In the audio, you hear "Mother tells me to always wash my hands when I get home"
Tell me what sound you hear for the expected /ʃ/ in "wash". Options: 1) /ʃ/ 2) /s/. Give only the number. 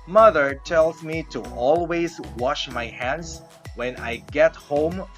1